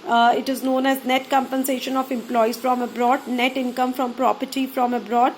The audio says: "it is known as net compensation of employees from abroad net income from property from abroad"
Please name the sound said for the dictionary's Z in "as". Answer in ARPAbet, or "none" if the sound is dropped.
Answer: Z